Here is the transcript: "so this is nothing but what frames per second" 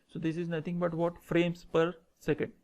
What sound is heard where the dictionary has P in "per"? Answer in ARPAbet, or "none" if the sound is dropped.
P